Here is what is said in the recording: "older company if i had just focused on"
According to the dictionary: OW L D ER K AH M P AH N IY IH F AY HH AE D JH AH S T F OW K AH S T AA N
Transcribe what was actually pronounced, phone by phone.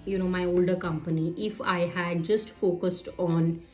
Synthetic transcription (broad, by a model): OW L D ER K AH M P AH N IY IH F AY HH AE D JH AH S T F OW K AH S T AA N